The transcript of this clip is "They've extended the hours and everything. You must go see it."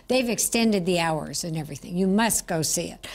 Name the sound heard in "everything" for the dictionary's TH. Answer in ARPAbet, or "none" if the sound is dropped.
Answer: TH